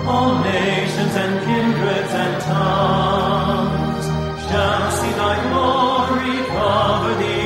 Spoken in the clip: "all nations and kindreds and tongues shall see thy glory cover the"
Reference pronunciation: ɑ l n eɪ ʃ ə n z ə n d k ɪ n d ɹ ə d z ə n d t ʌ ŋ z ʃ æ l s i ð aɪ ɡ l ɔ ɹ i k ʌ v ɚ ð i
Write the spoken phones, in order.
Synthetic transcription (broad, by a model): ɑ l n eɪ ʃ ə n z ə n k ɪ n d ɹ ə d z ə n t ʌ z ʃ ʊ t s i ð aɪ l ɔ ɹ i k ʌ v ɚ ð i